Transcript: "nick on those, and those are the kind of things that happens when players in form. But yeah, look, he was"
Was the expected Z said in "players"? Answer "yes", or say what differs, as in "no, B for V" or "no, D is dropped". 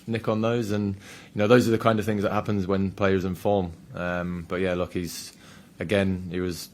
yes